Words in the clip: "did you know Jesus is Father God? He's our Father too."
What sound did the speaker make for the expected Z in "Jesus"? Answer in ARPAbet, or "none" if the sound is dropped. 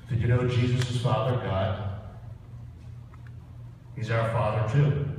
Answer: Z